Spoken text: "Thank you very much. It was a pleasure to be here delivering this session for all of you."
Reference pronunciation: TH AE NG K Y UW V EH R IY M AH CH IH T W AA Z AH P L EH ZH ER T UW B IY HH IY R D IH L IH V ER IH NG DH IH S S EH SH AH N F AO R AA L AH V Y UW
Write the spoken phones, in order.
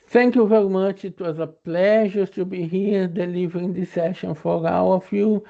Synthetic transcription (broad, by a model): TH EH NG K Y UW V EH R IY M AH CH IH T W AA Z AH P L EH ZH ER T UW B IY HH IY R D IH L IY V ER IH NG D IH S S EH SH AH N F AO R AA W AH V Y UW